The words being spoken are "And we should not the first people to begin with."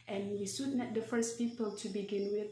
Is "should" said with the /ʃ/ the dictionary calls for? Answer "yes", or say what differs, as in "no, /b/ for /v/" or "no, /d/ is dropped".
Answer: no, /s/ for /ʃ/